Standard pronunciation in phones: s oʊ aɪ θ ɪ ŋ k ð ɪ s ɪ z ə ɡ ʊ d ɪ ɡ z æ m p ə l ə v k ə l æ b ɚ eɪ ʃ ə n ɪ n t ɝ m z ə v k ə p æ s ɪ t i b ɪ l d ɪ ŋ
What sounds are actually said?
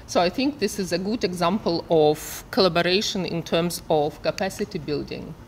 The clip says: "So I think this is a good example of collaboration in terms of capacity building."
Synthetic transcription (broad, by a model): s oʊ aɪ θ ɪ ŋ k ð ɪ s ɪ z ə ɡ ʊ d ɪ ɡ z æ m p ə l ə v k ə l æ b ɚ eɪ ʃ ə n ɪ n t ɝ m z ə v k ə p æ s ɪ t i b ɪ l d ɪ ŋ